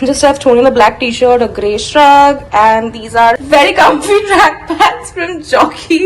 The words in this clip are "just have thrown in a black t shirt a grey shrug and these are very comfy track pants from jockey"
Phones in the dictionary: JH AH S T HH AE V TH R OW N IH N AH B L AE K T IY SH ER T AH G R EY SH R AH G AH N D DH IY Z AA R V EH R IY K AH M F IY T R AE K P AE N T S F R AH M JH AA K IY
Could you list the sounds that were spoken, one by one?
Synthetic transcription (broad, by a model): JH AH S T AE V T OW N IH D AH B L AE K T IY SH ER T AH G R EY SH R AH G AH N D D IY Z AA R V EH R IY K AH M F IY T R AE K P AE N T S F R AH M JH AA K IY